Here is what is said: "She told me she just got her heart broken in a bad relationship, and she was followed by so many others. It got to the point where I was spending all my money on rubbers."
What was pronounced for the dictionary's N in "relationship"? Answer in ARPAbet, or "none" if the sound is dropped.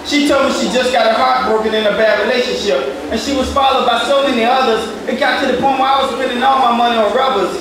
N